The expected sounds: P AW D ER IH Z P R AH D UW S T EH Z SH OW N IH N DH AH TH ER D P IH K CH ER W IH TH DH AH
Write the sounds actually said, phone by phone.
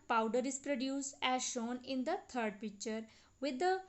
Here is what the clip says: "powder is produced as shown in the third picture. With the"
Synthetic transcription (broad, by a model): P AW D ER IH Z P R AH D UW S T EH Z SH OW N IH N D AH T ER D P IH K CH ER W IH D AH